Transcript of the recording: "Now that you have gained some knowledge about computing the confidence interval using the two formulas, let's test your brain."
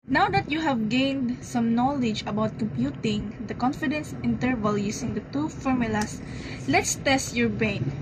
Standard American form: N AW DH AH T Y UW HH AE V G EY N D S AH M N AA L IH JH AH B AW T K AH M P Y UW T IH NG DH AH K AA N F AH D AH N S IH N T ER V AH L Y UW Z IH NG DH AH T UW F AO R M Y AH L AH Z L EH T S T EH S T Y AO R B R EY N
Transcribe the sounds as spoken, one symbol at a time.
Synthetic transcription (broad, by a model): N AW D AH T Y UW HH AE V G EY N D S AH M N AA L IH JH AH B AW T K AH M P Y UW T IH NG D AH K AA N F AH D AH N S IH N T ER V AH L Y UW S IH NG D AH T UW F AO R M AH L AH S L EH T S T EH S T Y AO R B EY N